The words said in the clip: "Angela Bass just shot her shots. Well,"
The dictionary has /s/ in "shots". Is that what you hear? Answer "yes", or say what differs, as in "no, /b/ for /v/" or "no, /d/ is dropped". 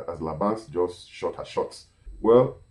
yes